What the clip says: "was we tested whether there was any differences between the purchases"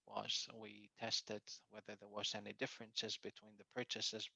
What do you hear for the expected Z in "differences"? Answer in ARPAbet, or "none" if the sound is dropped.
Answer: Z